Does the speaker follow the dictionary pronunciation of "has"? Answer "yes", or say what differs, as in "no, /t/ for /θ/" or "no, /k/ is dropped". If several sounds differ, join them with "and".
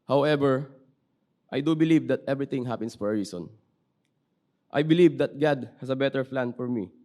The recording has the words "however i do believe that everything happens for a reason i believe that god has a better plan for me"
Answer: no, /s/ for /z/